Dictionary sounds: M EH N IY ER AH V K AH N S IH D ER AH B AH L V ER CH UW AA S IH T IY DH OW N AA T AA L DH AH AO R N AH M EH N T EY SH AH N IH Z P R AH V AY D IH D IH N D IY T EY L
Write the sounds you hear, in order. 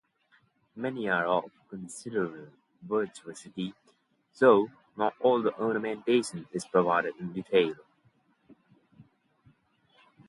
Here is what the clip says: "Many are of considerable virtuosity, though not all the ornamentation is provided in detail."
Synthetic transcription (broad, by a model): M EH N IY ER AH F K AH N S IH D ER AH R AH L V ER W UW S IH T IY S OW N AA T AA L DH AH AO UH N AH M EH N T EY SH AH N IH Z P R AH V AY D IH D IH N D IY T EY L